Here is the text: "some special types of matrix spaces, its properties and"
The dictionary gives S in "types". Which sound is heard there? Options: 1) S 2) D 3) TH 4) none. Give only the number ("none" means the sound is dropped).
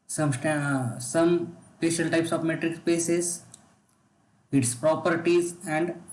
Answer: 1